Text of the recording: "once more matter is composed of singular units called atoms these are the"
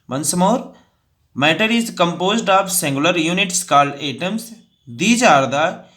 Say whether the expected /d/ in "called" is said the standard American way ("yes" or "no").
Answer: no